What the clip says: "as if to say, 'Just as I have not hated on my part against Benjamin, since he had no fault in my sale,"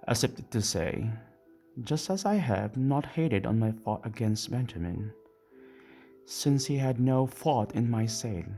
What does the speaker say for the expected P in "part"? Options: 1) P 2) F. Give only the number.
2